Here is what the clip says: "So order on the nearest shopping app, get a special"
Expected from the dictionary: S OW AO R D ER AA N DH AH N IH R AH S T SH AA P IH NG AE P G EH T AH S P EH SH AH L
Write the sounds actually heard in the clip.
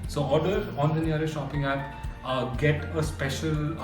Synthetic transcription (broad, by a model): S OW AO R D ER AA N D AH N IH AH T SH AA P IH NG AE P G EH T AH S P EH SH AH L